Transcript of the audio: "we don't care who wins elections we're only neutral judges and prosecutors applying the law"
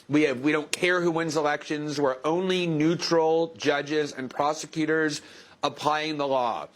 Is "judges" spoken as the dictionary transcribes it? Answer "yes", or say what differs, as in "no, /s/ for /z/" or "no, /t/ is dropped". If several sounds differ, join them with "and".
yes